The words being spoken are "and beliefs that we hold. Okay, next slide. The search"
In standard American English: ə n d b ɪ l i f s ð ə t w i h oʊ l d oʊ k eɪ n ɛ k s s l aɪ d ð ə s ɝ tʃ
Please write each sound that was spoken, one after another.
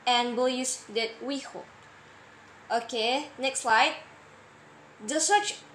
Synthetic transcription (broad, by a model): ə n b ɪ l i s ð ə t w i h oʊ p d oʊ k eɪ n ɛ k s s l aɪ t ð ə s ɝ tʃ